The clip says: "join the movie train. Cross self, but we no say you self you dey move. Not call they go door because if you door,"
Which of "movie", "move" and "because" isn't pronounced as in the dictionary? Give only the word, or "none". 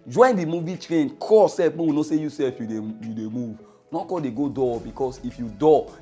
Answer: because